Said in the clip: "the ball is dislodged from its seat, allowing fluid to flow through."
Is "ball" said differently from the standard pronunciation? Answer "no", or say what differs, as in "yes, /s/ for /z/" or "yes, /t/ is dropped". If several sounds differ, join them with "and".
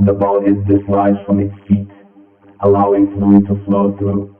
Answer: yes, /n/ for /l/